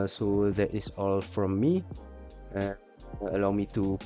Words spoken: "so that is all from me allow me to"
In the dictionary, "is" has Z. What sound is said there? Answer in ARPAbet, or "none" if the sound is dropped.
S